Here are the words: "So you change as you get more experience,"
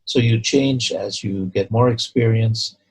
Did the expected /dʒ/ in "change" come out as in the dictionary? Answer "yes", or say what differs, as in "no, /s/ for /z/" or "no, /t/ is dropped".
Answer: yes